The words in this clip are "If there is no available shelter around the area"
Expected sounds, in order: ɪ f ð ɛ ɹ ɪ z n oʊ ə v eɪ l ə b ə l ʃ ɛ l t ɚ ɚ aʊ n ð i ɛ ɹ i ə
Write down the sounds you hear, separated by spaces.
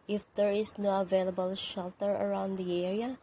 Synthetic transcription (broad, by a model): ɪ f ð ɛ ɹ ɪ z n oʊ ə v eɪ l ə b ə l ʃ ɛ l t ɚ ɚ aʊ n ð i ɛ ɹ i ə